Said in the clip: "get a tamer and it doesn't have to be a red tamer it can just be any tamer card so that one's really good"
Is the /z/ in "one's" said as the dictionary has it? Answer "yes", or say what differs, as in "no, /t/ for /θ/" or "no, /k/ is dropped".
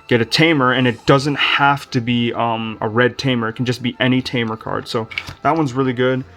yes